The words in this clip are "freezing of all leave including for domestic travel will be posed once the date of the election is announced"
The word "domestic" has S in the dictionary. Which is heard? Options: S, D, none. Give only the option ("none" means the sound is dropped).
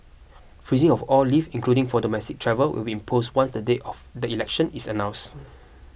S